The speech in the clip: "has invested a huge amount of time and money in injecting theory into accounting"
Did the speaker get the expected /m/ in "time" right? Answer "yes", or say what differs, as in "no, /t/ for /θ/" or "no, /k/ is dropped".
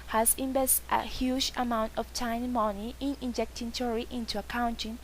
no, /m/ is dropped